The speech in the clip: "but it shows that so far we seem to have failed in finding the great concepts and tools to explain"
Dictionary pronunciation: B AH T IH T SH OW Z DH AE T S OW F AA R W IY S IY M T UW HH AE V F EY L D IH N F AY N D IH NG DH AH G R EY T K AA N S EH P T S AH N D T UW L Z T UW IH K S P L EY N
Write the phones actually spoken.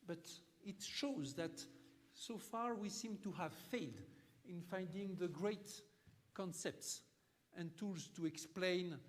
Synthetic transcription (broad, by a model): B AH T IH T SH OW Z DH AE T S OW F AA R W IY S IY M T UW HH AE V F EY L D IH N F AY N D IH NG DH AH G R EY T K AA N S EH P T S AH N T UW L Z T UW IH K S P L EY N